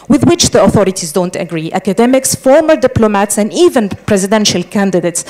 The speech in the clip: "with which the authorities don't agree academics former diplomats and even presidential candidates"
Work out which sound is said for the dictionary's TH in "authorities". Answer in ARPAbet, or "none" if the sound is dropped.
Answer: TH